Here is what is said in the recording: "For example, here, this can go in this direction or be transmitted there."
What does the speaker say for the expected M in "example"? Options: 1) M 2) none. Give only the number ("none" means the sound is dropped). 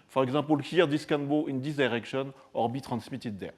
2